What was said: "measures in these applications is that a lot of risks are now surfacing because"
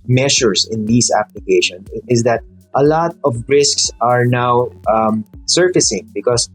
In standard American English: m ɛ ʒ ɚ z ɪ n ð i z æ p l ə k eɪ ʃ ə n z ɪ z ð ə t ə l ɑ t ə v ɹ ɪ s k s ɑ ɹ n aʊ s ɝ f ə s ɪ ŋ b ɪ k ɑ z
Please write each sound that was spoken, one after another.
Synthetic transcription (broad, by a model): m ɛ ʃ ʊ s ɪ n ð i s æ p l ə k eɪ ʃ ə n ɪ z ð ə t ə l ɑ t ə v ɹ ɪ s k s ɑ ɹ n aʊ s ɝ f ə s ɪ ŋ b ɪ k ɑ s